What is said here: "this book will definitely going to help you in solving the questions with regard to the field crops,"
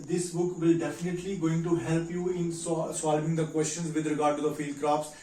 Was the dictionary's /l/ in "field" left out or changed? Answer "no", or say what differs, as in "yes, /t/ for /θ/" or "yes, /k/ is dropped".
no